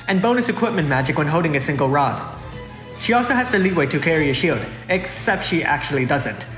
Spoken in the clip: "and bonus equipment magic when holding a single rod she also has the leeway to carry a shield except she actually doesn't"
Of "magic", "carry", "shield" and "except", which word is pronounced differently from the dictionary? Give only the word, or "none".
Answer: none